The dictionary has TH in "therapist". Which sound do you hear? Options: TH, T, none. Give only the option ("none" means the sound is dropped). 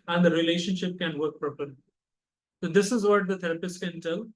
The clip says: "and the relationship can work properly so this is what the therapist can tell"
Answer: T